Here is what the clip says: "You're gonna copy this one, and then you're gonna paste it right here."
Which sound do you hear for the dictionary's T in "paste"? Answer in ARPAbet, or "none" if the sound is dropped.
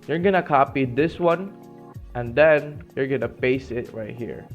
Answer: none